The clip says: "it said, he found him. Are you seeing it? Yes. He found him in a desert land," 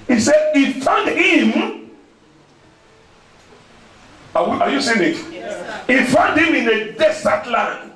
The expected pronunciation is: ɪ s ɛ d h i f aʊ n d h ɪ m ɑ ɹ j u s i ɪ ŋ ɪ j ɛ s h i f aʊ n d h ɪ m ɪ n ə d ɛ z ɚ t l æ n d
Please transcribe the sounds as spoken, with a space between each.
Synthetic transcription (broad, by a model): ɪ s ɛ d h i f aʊ n d h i m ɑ w j u s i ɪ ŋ ɪ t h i f aʊ n d h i m ɪ n ə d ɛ s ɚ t l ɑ n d